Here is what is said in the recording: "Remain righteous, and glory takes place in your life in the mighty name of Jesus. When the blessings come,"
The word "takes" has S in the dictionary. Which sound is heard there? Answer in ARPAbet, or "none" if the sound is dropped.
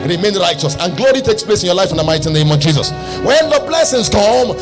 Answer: S